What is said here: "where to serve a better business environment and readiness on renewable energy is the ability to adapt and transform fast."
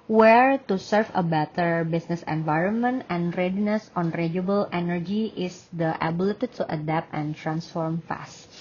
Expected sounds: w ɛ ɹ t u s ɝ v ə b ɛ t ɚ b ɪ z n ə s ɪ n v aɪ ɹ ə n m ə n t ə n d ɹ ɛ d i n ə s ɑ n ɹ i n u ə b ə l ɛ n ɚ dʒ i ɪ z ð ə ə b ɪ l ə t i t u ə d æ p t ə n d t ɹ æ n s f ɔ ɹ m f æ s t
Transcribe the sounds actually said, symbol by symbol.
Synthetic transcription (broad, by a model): w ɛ ɹ t u s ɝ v ə b ɛ t ɚ b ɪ s n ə s ɪ n v aɪ ɹ ə n m ə n t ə n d ɹ ɛ d i n ə s ɑ n ɹ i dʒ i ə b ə l ɛ n ɚ dʒ i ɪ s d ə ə b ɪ l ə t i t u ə d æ p t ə n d t ɹ æ n s f ɔ ɹ m f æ s t